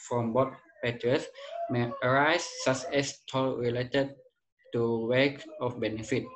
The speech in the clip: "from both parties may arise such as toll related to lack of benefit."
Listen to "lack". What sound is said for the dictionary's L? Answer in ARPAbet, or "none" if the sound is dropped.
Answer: W